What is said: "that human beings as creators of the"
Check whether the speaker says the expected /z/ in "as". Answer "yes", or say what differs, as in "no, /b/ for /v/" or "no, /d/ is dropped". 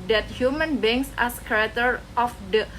no, /s/ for /z/